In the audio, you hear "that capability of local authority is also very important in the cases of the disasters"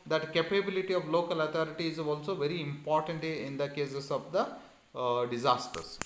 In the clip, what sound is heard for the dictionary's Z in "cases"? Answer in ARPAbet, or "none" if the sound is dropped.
S